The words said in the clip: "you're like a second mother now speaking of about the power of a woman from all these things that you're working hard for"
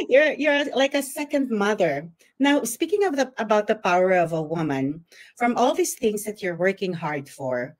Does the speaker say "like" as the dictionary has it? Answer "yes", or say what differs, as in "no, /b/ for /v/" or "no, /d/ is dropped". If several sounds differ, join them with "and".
yes